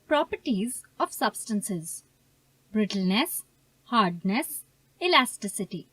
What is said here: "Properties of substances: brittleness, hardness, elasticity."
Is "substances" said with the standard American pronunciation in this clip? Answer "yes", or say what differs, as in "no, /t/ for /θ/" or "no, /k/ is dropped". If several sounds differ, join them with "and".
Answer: yes